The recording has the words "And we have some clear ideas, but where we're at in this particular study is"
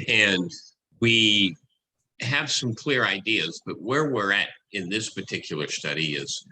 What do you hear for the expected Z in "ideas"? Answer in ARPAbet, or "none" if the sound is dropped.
Z